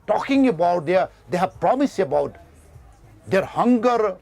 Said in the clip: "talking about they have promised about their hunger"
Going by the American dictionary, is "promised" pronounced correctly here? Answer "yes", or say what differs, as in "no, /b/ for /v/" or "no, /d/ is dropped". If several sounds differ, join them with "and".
no, /t/ is dropped